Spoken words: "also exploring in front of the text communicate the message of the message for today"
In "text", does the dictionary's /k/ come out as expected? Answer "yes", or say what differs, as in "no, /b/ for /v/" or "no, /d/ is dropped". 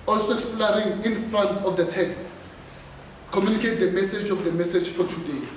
yes